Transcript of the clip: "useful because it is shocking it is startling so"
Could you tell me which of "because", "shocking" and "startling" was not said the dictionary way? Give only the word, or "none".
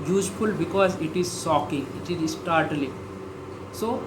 shocking